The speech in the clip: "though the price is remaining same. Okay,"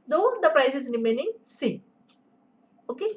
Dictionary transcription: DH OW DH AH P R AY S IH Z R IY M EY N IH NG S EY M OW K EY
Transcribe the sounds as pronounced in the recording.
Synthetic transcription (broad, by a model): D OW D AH P R AY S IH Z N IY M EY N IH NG S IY OW K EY